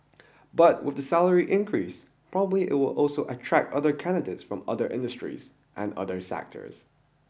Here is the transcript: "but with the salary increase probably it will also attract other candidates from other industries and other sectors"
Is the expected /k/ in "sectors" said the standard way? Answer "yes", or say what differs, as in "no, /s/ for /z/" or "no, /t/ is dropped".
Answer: yes